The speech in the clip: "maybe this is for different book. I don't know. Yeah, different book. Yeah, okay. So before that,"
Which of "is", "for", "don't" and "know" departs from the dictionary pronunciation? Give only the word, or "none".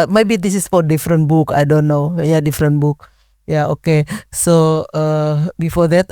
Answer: is